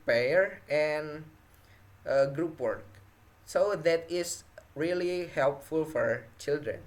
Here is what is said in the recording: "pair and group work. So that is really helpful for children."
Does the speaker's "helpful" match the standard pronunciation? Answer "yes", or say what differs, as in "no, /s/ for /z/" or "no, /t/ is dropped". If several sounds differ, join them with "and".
yes